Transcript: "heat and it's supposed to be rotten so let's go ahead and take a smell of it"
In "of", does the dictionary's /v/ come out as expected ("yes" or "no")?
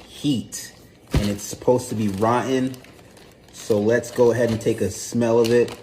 yes